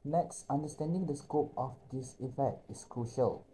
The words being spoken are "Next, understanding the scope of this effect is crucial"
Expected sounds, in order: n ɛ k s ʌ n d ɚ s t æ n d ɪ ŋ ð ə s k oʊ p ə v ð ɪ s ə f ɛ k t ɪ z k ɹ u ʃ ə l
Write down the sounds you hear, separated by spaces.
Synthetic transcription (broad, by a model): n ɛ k s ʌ n d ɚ s t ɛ n d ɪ ŋ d ə s k oʊ p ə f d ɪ s ə f ɛ k t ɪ s k ɹ u ʃ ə l